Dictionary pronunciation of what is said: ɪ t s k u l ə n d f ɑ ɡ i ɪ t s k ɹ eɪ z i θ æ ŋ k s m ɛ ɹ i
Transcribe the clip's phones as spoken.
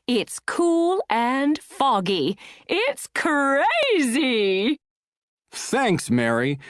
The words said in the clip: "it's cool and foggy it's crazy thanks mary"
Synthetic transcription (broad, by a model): ɪ t s k u l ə n f ɑ ɡ i ɪ t s k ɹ eɪ z i θ æ ŋ k s m ɛ ɹ i